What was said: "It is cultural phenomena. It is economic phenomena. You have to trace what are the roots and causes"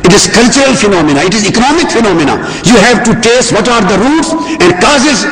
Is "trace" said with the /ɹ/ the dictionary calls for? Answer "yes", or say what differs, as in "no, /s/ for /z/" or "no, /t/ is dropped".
no, /ɹ/ is dropped